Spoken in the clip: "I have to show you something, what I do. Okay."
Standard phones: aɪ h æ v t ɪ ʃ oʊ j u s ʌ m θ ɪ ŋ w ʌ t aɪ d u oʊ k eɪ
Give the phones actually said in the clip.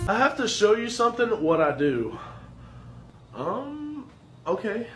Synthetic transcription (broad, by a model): aɪ h æ f t ɪ ʃ oʊ j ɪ s ʌ m θ ɪ ŋ w ʌ t aɪ d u oʊ k eɪ